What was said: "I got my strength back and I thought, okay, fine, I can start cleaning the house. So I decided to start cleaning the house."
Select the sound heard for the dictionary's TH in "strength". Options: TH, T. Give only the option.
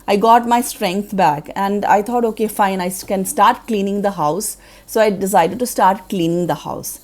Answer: T